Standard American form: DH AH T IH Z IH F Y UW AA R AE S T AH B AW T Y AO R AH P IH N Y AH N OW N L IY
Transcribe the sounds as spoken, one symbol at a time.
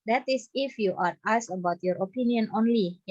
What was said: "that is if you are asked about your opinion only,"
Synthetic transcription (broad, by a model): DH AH T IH S IH F Y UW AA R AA S AH B AW T Y AO R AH P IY N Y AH N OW N L IY